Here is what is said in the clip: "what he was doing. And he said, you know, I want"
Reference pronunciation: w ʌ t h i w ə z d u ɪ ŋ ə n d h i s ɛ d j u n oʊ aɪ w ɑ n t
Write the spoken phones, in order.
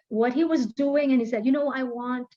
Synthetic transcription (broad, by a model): w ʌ t h i w ə z d u ɪ ŋ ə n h i s ɛ d j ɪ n oʊ aɪ w ɑ n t